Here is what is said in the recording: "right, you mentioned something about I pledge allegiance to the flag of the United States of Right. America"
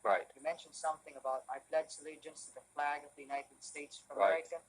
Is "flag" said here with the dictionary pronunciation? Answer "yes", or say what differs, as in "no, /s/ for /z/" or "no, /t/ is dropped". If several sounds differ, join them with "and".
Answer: yes